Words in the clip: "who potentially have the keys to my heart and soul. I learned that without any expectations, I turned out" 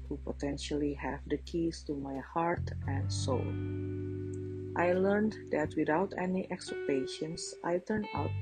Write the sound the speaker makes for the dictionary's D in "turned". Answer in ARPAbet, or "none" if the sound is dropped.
none